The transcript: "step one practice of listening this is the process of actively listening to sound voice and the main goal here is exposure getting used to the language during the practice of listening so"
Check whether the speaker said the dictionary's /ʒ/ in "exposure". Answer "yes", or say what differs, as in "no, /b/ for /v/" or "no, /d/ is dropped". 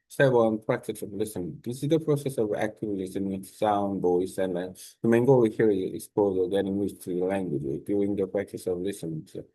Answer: no, /z/ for /ʒ/